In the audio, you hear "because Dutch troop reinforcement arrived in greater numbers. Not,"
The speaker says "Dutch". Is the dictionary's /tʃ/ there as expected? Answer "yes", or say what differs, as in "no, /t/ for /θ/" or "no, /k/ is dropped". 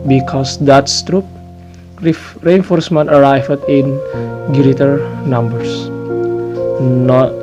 no, /s/ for /tʃ/